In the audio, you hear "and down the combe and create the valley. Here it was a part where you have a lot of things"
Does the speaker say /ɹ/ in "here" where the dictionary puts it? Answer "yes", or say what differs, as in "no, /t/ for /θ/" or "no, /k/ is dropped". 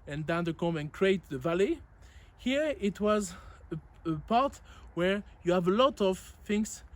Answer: yes